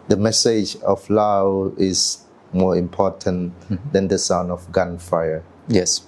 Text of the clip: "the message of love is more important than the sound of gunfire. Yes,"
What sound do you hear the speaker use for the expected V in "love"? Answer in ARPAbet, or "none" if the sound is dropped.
W